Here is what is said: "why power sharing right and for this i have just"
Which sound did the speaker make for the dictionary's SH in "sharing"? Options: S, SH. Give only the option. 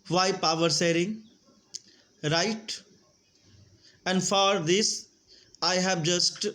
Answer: S